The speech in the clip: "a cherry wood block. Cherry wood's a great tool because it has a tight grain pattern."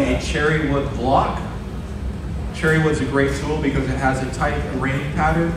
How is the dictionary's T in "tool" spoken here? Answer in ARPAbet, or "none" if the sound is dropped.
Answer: S